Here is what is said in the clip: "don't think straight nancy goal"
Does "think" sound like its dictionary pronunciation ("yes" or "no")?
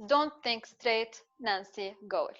yes